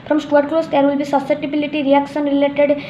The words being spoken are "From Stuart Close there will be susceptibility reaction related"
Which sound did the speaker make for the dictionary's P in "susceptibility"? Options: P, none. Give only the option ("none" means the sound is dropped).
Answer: none